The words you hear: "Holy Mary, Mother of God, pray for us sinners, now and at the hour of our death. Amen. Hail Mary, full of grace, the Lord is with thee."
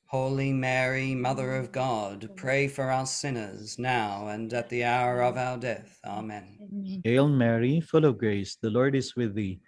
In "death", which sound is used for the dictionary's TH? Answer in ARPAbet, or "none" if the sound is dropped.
TH